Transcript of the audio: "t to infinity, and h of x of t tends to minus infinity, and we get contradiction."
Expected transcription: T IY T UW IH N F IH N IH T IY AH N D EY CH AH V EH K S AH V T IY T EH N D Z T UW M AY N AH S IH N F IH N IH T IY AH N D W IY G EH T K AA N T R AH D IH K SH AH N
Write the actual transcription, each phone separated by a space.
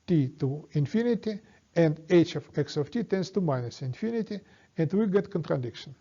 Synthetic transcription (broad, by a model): T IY T UW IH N F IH N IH T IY AH N D EY CH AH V EH K S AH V T IY T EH N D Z T UW M AY N AH S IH N F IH N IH T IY AH N D W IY G EH T K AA N T R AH D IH K SH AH N